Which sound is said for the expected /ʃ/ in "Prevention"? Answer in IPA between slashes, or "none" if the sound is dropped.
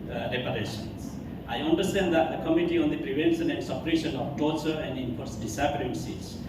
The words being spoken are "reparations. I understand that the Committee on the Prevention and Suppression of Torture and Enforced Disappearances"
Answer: /s/